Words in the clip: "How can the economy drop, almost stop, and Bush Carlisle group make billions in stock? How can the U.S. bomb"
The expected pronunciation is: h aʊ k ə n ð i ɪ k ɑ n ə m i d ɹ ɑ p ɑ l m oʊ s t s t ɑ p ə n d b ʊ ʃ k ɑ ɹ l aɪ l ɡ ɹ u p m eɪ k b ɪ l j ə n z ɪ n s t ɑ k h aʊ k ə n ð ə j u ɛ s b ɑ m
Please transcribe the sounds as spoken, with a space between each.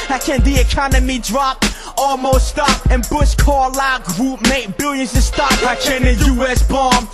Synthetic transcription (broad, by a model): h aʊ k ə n ð i ɪ k ɑ n ə m i d ɹ ɑ p ɑ l m oʊ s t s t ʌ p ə n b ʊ s k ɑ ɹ l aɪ ɡ ɹ u p m eɪ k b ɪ l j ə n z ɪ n s t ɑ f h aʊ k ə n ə j u ɛ s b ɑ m